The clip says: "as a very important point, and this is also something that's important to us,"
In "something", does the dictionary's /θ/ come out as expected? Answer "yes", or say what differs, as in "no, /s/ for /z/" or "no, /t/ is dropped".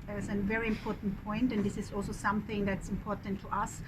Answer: yes